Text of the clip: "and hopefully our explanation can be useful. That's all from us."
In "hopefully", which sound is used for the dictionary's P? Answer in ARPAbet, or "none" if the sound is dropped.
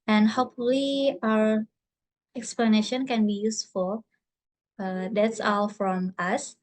P